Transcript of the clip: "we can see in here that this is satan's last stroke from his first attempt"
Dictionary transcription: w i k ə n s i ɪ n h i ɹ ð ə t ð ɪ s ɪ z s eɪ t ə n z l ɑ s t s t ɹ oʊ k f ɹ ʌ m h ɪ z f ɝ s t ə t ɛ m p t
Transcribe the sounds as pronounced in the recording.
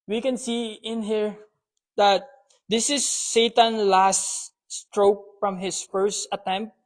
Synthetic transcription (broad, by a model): w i k ə n s i ɪ n h i ɹ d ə t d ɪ s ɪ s eɪ t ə n l ɑ s t s t ɹ oʊ k f ɹ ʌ m h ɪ s f ɝ s t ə t ɛ m p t